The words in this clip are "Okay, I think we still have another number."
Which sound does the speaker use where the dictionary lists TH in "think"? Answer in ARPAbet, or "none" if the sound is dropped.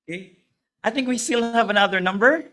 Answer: TH